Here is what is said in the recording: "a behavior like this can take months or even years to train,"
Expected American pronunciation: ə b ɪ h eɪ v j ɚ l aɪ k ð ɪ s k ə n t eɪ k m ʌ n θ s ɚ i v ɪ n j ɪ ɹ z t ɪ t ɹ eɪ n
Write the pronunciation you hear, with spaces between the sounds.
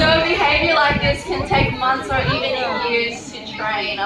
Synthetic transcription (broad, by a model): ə b ɪ h eɪ v j ɚ l aɪ k ð ɪ s k ə n t eɪ k m ʌ n θ s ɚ i v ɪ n j ɪ ɹ z t ɪ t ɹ eɪ n